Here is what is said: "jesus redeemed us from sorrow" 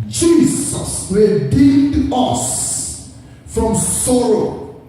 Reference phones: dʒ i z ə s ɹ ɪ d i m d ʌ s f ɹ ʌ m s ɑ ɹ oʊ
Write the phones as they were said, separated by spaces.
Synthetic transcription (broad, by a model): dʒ i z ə s w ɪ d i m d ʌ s f ɹ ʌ m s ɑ ɹ oʊ